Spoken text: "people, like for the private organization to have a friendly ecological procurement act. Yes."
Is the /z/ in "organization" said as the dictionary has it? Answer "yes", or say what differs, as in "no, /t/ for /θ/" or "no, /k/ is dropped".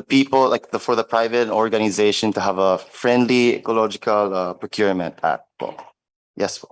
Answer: yes